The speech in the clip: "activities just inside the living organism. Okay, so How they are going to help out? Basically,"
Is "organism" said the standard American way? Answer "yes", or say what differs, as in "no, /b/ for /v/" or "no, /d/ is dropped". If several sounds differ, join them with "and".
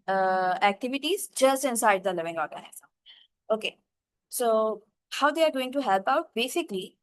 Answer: no, /m/ is dropped